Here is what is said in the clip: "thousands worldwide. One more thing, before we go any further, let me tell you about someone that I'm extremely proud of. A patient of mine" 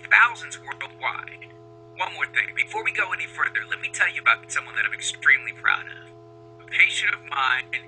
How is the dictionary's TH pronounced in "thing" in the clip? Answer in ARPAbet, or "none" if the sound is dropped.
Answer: TH